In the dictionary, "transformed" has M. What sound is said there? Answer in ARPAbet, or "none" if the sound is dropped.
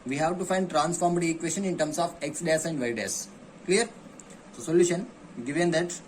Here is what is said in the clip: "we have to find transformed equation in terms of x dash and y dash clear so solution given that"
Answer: M